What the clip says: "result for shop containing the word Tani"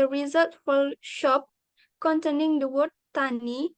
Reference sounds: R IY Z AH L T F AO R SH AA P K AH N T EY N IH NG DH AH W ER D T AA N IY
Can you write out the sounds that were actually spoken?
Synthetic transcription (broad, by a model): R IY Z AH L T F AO L SH AA P K AH N T EY N IH NG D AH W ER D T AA N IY